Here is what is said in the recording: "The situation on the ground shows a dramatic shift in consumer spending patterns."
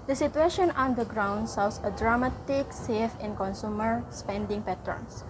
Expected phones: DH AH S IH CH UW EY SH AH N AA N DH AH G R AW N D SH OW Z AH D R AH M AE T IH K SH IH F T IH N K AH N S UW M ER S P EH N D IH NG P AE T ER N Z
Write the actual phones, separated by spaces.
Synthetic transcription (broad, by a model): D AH S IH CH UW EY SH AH N AA N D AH G R AW N D S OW S AH D R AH M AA T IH K S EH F IH N K AH N S UW M ER S P EH N D IH NG P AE T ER N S